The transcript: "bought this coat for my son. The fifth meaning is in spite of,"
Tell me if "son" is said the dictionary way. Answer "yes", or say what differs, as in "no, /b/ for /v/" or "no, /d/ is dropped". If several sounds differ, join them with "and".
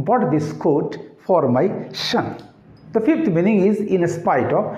no, /ʃ/ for /s/